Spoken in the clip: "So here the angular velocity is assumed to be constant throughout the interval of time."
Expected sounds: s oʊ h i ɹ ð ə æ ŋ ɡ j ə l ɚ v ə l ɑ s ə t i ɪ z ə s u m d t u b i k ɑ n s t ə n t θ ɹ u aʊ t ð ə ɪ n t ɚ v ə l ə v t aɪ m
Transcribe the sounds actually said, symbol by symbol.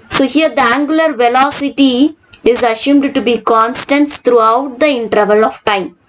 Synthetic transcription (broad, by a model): s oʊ h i ɹ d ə æ ŋ ɡ j ə l ɚ v ə l ɑ s ə t i ɪ z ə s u m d t u b i k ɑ n s t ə n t t ɹ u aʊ t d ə ɪ n t ɚ v ə l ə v t aɪ m